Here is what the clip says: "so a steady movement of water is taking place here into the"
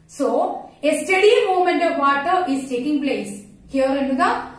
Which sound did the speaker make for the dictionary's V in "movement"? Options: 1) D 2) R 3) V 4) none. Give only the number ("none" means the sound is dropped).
4